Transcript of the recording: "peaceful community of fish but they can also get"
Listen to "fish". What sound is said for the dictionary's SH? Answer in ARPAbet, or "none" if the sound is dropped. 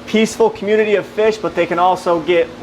SH